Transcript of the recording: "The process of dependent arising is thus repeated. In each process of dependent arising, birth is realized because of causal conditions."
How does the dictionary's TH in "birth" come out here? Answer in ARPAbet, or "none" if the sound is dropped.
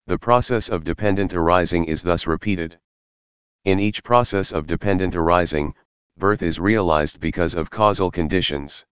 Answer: TH